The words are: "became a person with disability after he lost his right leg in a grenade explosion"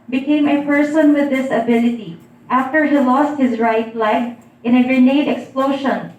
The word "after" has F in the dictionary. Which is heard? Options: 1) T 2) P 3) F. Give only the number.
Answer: 3